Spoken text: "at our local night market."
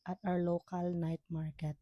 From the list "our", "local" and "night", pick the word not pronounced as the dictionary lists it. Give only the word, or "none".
our